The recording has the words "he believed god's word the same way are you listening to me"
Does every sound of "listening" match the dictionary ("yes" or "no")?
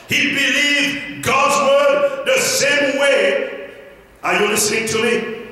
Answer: no